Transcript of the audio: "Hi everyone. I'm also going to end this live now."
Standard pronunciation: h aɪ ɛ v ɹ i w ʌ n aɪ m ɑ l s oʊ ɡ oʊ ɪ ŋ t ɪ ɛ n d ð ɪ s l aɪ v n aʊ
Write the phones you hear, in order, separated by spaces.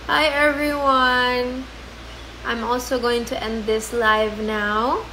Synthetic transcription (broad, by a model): h aɪ ɛ v ɹ i w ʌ n aɪ m ɑ l s oʊ ɡ oʊ ɪ ŋ t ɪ ɛ n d ð ɪ s l aɪ v n aʊ